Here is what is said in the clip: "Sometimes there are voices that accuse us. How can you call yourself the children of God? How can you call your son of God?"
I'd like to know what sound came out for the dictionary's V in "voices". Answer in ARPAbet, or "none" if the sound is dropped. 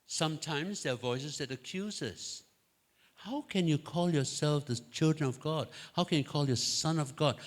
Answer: V